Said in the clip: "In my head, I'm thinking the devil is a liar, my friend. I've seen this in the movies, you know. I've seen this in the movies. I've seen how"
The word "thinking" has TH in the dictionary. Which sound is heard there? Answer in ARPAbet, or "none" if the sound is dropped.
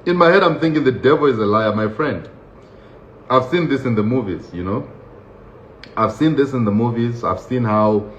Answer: TH